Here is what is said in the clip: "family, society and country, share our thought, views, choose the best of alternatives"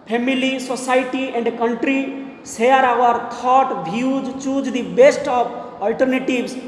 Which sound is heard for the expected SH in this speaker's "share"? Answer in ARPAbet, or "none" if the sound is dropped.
S